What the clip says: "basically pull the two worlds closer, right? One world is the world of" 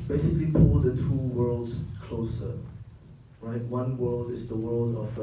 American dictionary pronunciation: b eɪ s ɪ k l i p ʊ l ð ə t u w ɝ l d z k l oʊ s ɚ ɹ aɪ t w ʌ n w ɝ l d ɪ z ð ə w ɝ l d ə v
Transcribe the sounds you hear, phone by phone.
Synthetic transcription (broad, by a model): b eɪ s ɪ k l i p ʊ l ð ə t u w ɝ l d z k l oʊ s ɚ ɹ aɪ t w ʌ n w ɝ l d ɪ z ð ə w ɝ l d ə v